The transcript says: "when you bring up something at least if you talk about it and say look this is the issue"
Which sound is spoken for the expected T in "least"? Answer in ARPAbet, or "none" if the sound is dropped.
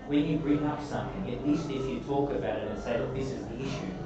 T